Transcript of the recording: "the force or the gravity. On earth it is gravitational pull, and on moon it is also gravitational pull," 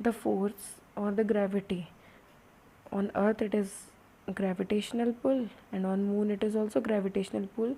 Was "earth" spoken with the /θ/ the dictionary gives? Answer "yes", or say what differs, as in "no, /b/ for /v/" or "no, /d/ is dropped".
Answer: no, /t/ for /θ/